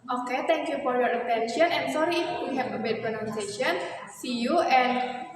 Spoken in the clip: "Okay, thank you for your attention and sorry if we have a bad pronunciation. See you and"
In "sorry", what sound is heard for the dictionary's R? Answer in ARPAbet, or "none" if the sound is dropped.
R